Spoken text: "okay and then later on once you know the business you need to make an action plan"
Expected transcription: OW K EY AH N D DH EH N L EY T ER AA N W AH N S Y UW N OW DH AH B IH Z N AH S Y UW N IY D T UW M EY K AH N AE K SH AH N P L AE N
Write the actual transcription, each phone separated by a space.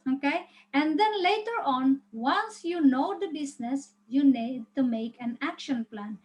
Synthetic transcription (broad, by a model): OW K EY AH N D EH N L EY T ER AA N W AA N S Y UW N OW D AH B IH S N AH S Y UW N IY D T UW M EY K AH N AE K SH AH N P L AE N